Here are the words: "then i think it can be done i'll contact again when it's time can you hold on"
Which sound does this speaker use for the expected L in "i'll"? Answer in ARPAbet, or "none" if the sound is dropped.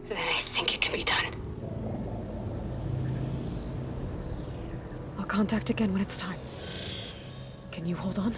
L